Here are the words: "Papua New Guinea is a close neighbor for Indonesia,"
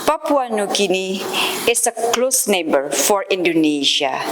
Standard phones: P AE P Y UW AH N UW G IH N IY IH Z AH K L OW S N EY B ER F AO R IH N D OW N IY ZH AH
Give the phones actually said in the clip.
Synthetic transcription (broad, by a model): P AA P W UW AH N UW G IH N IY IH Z AH K L OW S N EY B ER F AO R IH N D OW N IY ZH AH